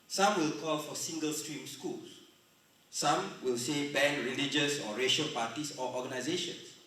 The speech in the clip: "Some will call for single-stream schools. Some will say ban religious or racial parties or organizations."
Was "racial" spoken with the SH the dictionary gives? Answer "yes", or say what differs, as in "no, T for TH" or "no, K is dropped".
yes